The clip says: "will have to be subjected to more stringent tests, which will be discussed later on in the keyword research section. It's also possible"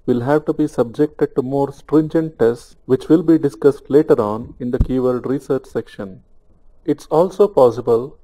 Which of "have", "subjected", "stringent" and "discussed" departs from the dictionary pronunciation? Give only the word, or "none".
none